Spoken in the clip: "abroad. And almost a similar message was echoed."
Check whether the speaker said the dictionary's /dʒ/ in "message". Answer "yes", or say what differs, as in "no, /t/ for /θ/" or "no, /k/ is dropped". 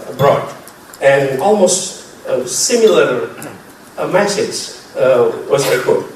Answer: no, /z/ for /dʒ/